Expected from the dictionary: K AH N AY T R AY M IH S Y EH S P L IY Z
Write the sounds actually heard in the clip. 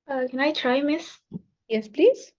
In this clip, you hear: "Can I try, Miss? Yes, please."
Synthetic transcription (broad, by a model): K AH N AY T R AY M IH S Y EH S P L IY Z